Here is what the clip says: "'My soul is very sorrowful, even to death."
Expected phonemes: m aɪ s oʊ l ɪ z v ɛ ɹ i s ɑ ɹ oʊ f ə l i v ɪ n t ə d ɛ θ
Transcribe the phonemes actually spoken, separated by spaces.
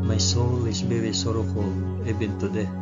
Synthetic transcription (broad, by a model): m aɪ s oʊ l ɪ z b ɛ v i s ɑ ɹ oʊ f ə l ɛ b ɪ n t ə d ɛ